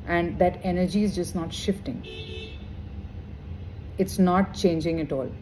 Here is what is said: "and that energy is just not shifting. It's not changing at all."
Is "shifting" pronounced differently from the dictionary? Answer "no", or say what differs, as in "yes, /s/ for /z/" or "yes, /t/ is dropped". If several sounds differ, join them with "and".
no